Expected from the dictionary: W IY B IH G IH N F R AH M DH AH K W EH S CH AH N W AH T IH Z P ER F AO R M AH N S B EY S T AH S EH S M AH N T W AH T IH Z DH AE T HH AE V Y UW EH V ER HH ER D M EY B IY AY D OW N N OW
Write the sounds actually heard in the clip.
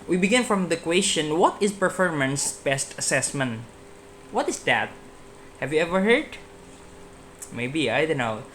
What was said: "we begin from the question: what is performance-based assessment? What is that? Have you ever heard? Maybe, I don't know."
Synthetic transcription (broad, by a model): W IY B IH G IH N F R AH M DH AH K W EH S CH AH N W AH T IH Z P ER F AO R M AH N S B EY S T AH S EH S M AH N T W AH T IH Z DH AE T HH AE V Y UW EH V ER HH ER D M EY B IY AY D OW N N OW